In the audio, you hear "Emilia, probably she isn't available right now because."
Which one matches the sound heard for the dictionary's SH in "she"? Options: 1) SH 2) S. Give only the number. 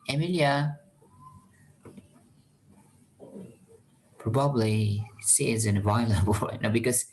2